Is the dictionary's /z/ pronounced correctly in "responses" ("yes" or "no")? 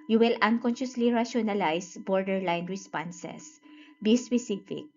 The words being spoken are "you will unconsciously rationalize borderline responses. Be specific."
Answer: no